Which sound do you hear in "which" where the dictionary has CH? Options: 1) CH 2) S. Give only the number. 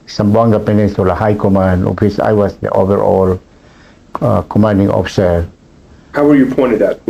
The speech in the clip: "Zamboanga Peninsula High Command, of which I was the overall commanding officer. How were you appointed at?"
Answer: 2